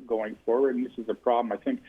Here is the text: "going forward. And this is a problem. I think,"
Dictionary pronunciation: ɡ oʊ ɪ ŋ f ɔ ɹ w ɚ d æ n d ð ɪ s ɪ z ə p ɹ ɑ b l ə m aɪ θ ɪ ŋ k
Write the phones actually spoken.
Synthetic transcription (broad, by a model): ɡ oʊ ɪ ŋ f ɔ ɹ w ɚ d n ð ɪ s ɪ z ə p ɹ ɑ b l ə m aɪ θ ɪ ŋ k